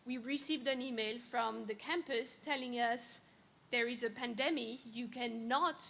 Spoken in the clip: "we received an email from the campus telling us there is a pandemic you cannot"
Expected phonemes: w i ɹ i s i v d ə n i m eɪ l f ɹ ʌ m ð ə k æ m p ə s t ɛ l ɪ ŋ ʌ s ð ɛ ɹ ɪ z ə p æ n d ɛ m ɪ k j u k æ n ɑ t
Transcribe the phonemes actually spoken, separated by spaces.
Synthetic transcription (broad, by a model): w i ɹ i s i v d ə n i m eɪ l f ɹ ʌ m ð ə k æ m p ə s t ɛ l ɪ ŋ ʌ s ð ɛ ɹ ɪ z ə p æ n d ɛ m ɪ j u k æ n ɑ t